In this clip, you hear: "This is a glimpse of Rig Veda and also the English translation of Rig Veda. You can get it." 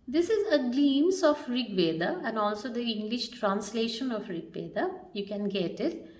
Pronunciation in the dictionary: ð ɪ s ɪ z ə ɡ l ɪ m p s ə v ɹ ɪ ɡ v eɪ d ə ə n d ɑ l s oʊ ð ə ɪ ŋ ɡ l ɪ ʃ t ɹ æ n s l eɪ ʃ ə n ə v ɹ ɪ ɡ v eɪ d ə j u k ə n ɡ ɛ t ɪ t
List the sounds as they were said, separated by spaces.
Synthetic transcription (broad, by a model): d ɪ s ɪ z ə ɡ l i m s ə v ɹ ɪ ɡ v eɪ d ə ə n d ɑ l s oʊ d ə ɪ ŋ ɡ l ɪ ʃ t ɹ æ n s l eɪ ʃ ə n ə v ɹ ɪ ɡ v eɪ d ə j u k ə n ɡ ɛ t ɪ t